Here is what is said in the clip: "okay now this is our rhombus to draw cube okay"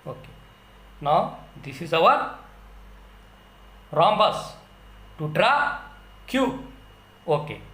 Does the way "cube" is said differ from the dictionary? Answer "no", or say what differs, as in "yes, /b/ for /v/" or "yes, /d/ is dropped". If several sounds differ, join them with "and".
yes, /b/ is dropped